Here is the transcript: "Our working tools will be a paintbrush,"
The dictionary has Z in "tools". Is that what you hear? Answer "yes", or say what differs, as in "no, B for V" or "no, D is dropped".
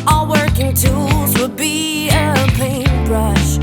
yes